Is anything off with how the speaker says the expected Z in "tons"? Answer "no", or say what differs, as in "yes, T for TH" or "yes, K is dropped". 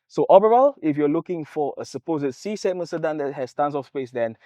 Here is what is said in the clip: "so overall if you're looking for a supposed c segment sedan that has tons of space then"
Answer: yes, S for Z